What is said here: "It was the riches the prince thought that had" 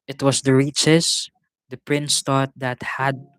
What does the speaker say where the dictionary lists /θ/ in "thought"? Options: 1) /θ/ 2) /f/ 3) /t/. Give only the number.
3